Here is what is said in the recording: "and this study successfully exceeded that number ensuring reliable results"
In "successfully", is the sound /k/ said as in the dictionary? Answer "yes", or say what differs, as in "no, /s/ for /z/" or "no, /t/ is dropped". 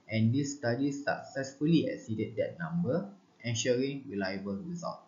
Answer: yes